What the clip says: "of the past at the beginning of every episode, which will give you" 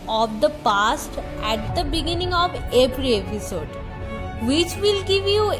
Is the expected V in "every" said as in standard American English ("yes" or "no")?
no